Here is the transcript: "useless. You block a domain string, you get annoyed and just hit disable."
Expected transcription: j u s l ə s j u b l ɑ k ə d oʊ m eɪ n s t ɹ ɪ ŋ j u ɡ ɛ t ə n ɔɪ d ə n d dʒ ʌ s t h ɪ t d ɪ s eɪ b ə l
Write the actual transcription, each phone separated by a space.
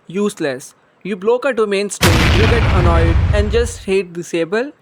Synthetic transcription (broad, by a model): j u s l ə s j u b l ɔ k ə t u m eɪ n s t ɪ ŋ j u ɡ ɛ t ə n ɔɪ d ə n d dʒ ʌ s t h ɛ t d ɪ s eɪ b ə l